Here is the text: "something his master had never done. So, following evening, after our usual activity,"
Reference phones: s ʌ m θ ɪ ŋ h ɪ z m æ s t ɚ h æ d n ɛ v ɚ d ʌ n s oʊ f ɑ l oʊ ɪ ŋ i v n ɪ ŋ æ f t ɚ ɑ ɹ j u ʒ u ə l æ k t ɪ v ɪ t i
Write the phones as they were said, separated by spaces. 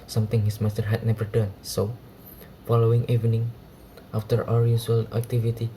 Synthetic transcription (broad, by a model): s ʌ m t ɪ ŋ h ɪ s m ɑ s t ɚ h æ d n ɛ v ɚ d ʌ n s oʊ f ɑ l oʊ ɪ ŋ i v n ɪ ŋ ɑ f t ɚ ɑ ɹ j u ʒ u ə l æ k t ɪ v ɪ t i